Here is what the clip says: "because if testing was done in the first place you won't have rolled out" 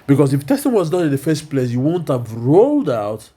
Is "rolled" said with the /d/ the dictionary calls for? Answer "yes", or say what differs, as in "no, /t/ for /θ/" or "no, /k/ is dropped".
yes